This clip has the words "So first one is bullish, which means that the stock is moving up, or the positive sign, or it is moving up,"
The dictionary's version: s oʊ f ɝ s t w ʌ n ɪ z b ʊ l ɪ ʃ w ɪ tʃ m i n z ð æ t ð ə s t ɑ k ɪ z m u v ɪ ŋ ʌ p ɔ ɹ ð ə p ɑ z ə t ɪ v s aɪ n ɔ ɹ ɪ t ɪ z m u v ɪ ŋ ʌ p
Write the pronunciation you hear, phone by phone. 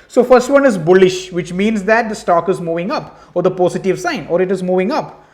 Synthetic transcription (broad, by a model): s oʊ f ɝ s t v ʌ n ɪ z b ʊ l ɪ ʃ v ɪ tʃ m i n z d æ t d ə s t ɑ k ɪ z m u v ɪ ŋ ʌ p ɔ ɹ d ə p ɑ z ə t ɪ v s aɪ n ɔ ɹ ɪ t ɪ z m u v ɪ ŋ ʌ p